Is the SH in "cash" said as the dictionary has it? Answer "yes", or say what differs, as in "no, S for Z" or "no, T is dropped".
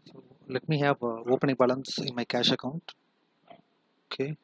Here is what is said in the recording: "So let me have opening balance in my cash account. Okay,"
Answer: yes